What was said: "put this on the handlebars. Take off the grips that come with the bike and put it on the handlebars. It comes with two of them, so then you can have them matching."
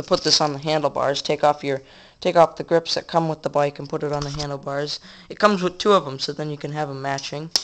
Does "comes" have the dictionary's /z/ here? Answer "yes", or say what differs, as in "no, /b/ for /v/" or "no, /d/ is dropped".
yes